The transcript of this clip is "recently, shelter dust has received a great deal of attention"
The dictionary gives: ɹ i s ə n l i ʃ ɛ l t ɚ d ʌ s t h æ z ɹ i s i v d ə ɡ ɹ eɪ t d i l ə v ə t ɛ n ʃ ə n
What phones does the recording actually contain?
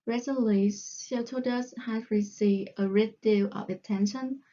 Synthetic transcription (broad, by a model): ɹ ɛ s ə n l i s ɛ t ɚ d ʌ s h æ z ɹ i s i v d ə ɹ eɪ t d i l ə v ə t ɛ n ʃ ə n